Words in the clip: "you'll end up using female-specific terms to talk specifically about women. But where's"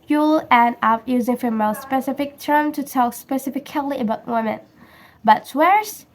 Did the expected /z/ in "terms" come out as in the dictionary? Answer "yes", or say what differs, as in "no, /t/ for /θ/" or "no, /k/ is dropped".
no, /z/ is dropped